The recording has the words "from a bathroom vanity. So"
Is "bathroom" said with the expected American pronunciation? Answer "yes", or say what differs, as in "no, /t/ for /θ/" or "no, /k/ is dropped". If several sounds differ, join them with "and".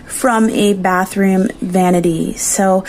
yes